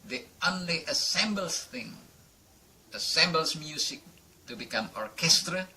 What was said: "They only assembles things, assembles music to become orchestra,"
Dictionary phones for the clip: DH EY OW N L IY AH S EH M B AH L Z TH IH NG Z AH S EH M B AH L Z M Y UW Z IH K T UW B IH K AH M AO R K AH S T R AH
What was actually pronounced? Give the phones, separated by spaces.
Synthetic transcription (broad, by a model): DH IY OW N L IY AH S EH M B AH L S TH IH NG AH S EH M B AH L S M Y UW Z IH K T UW B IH K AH M AO R K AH S T R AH